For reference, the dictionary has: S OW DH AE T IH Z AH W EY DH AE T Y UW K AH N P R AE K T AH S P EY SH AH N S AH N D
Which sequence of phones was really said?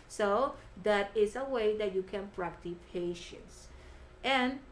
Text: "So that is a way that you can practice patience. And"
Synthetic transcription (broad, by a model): S OW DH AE T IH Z AH W EY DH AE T Y UW K AH N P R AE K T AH P EY SH AH N S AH N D